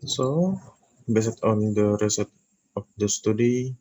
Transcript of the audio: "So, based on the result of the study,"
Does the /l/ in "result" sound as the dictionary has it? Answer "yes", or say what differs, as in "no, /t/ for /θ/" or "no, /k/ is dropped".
no, /l/ is dropped